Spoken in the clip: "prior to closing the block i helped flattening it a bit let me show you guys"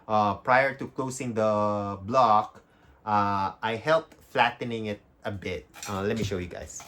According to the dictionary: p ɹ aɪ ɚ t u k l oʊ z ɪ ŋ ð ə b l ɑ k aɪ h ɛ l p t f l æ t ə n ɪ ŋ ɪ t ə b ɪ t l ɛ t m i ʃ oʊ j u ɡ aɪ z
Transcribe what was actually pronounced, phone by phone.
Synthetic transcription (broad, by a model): p ɹ aɪ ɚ t u k l oʊ s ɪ ŋ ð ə b l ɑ k aɪ h ɛ l p t f l æ t ə n ɪ ŋ ɪ t ə b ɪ t l ɛ t m i ʃ oʊ j u ɡ aɪ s